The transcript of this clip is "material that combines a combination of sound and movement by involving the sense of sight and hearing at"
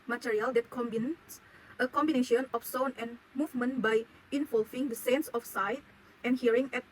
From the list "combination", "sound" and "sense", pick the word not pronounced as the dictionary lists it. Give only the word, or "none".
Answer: sound